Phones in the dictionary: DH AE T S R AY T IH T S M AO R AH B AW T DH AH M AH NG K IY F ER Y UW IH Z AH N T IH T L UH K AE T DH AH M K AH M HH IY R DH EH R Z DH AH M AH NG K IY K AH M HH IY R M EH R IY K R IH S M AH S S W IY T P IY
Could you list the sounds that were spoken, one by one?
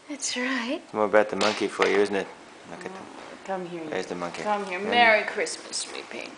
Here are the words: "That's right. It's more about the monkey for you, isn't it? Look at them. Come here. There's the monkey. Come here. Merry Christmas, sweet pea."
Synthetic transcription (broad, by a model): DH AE T S R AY IH T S M AO R AH B AW T DH AH M AH NG K IY F ER Y UW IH Z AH N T IH T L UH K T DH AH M K AH M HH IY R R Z DH AH M AH NG K IY K AH M HH IY R M EH R IY K R IH S M AH S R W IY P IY